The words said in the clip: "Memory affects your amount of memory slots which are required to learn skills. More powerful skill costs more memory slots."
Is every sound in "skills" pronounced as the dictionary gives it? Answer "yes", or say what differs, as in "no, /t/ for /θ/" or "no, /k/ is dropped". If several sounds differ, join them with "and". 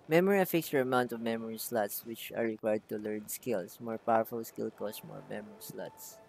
no, /s/ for /z/